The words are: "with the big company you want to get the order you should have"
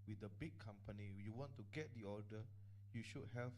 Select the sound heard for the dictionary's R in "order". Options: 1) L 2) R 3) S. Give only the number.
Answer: 1